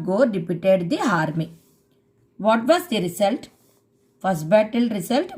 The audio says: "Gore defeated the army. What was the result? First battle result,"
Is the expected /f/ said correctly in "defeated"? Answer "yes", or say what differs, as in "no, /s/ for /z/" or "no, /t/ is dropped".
no, /p/ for /f/